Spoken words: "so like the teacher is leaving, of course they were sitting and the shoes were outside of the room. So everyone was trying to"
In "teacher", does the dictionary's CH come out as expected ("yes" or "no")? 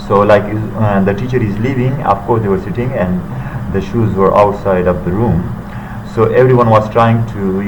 yes